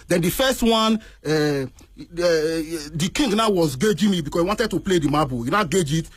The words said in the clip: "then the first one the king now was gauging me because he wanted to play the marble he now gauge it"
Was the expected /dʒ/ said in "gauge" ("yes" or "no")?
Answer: yes